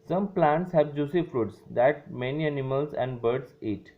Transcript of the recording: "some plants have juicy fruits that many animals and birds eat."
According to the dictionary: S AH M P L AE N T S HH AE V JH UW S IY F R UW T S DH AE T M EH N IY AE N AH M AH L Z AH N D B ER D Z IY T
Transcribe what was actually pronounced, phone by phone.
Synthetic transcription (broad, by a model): S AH M P L AE N T S HH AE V JH UW S IY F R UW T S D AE T M EH N IY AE N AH M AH L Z AH N D B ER D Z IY T